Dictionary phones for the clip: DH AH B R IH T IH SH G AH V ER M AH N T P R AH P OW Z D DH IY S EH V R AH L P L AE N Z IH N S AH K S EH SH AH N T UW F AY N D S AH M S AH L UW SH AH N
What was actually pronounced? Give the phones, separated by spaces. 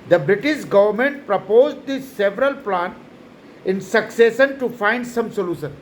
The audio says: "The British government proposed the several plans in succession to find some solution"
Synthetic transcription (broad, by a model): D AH B R IH T IH SH G AH V ER M AH N T P R AH P OW Z D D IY S EH V R AH L P L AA N IH N S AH K S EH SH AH N T UW F AY N D S AH M S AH L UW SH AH N